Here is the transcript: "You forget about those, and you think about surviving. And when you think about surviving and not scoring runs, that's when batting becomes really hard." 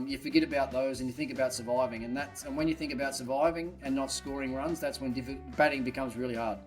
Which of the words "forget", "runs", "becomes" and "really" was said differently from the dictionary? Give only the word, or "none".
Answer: none